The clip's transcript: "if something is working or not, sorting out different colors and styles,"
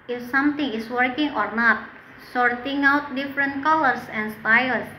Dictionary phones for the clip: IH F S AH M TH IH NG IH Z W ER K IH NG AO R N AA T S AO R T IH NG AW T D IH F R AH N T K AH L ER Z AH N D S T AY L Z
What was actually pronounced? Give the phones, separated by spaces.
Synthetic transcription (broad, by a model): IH F S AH M T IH NG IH S W ER K IH NG AO R N AA T S AO R T IH NG AW T D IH F R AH N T K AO L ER S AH N S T AY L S